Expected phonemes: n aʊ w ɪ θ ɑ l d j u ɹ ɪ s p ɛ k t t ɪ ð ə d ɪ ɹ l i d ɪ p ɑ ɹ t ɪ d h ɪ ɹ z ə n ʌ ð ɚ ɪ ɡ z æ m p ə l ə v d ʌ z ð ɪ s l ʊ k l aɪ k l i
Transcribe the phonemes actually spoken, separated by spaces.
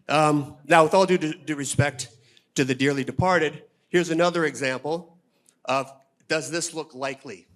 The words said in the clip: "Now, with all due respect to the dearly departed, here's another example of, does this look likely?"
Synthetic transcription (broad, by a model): n aʊ w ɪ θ ɑ l d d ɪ ɹ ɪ s p ɛ k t t ɪ ð ə d ɪ ɹ l i d ɪ p ɑ ɹ t ɪ d h ɪ ɹ z ə n ʌ ð ɚ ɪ ɡ z æ m p l ə v d ʌ z ð ɪ s l ʊ k l aɪ k l i